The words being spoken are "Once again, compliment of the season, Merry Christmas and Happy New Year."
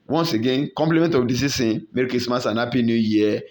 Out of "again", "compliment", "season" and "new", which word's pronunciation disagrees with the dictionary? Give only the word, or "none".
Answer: season